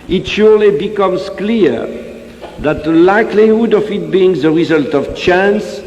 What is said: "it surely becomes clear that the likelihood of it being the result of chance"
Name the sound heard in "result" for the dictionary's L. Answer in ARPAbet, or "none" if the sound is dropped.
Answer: L